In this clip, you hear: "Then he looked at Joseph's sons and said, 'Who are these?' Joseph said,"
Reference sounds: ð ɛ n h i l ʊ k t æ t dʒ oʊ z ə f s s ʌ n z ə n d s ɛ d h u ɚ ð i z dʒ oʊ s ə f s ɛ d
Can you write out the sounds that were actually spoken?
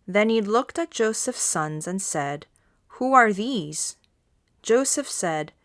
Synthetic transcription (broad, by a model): ð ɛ n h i l ʊ k t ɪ t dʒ oʊ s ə f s s ʌ n z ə n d s ɛ d h u ɚ ð i z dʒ oʊ s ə f s ɛ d